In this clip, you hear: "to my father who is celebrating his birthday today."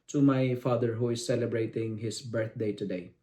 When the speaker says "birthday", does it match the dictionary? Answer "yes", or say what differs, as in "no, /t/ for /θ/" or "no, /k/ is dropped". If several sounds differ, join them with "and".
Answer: no, /t/ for /θ/